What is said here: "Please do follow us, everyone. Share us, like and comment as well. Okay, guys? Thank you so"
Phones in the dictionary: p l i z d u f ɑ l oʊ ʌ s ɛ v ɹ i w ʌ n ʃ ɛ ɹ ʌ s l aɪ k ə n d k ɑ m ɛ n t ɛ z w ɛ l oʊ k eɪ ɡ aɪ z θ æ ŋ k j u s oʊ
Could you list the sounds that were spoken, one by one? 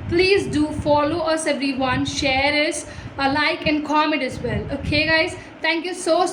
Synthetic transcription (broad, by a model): p l i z d u f ɑ l oʊ ʌ s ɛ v ɹ i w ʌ n ʃ ɛ ɹ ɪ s l aɪ k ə n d k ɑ m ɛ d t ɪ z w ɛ l oʊ k eɪ ɡ aɪ z t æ ŋ k j u s oʊ